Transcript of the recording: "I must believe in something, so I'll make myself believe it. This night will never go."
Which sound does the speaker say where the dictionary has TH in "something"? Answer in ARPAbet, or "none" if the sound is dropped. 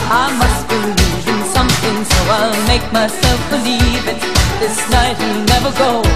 TH